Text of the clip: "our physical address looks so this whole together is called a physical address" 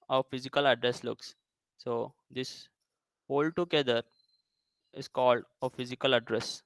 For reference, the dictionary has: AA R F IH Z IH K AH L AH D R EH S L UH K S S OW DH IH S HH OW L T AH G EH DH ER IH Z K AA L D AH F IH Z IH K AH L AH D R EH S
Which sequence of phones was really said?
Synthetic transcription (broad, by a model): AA F IH Z IH K AH L AH D R EH S L UH K S S OW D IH S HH OW L T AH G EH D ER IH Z K AA L D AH F IH Z IH K AH L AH D R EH S